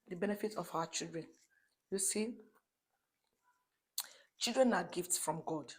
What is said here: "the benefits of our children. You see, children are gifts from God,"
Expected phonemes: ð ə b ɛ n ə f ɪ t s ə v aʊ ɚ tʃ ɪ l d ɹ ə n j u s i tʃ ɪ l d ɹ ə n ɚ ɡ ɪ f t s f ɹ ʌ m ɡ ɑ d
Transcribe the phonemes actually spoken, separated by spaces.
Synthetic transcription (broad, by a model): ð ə b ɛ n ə f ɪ t ə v aʊ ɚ tʃ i l d ɹ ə n j u s i tʃ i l d ɹ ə n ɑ ɡ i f t s f ɹ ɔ m ɡ ɑ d